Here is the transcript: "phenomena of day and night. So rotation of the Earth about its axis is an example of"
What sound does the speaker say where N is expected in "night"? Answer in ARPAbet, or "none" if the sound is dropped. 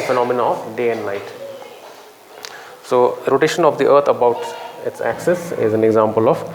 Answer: L